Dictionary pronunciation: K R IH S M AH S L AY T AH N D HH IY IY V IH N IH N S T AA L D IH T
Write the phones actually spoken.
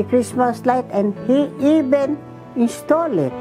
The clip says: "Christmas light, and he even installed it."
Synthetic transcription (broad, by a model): K R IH S M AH S L AY T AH N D HH IY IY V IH N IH N S T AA L IH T